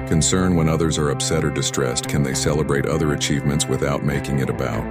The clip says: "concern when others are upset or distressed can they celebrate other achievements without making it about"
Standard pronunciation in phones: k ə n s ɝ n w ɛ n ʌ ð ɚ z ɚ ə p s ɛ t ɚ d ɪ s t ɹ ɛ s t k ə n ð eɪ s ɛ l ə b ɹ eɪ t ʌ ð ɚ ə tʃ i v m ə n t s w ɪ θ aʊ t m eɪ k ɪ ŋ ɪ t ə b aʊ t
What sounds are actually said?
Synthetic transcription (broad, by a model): k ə n s ɝ n w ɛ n ʌ ð ɚ z ɚ ə p s ɛ t ɚ d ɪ s t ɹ ɛ s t k ə n ð eɪ s ɛ l ə b ɹ eɪ t ʌ ð ɚ ə tʃ i v m ə n t s w ɪ θ aʊ t m eɪ k ɪ ŋ ɪ t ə b aʊ t